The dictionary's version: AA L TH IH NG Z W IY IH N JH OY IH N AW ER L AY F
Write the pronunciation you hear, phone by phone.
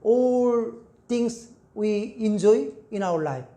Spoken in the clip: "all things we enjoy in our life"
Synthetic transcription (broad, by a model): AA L T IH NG S W IY IH N JH OY IH N AW ER L AY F